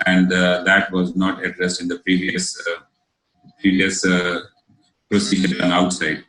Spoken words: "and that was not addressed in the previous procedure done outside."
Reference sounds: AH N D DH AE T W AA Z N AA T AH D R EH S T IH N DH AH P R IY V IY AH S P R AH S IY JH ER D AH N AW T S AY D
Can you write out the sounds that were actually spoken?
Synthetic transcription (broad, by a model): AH N D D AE T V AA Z N AA T AH D R EH S T IH N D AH P R IY V IY AH S P R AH S IY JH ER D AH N AW T S AY D